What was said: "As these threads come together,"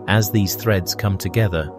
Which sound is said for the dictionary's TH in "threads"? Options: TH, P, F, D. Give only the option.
TH